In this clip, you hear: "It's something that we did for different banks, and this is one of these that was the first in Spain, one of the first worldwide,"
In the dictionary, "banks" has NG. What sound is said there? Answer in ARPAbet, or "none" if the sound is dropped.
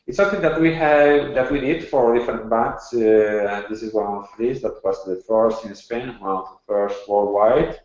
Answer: none